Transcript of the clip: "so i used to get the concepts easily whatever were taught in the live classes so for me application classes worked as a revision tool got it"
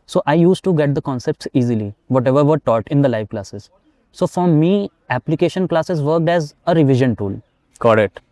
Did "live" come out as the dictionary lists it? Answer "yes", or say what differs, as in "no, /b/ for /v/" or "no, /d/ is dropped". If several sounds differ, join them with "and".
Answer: yes